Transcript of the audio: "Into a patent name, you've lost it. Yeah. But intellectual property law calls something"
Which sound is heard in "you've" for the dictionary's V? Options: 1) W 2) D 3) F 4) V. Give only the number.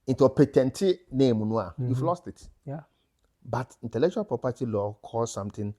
3